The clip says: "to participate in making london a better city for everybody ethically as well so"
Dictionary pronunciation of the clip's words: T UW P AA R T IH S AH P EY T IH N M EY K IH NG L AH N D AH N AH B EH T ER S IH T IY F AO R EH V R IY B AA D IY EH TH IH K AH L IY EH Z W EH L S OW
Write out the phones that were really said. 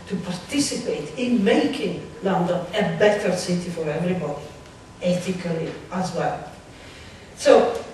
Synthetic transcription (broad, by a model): T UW P AA R T IH S AH P EY T IH N M EY K IH NG L AH N D AH N AH B EH T ER S IH T IY F AO R EH V R IY B AA D IY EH T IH K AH L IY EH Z W EH L S OW